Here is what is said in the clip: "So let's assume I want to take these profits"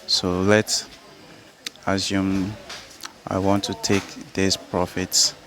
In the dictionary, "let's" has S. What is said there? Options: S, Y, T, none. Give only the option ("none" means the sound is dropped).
S